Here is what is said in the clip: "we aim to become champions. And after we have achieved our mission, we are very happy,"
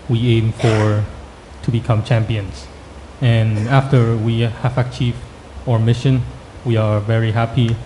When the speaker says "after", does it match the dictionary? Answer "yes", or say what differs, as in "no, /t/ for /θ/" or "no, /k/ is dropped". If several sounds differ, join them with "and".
yes